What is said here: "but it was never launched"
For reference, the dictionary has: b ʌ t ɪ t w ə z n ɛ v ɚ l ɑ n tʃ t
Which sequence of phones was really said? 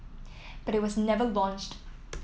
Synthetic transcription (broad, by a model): b ʌ t ɪ t w ə z n ɛ v ɚ l ɑ n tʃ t